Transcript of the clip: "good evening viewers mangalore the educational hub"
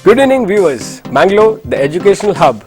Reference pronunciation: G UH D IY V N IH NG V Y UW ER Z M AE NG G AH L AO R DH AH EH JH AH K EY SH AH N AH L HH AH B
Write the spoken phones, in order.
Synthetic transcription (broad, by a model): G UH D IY N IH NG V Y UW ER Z M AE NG G L AO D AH EH JH AH K EY SH AH N AH L HH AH B